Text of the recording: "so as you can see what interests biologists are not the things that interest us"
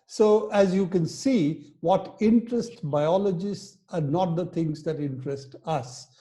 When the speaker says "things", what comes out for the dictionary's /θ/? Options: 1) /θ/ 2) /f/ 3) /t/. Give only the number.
3